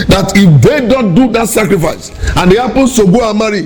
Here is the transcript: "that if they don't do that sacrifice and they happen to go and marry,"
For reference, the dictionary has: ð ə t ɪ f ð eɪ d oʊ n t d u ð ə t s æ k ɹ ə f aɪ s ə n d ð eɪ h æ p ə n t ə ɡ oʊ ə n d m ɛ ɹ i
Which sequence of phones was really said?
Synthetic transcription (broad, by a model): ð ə t ɪ f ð eɪ d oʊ n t d u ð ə t s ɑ k ɹ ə f aɪ s ə n d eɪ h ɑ p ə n s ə ɡ oʊ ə m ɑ ɹ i